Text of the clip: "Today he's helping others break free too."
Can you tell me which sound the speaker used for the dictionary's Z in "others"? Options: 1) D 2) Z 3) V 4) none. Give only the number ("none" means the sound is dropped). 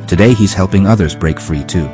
2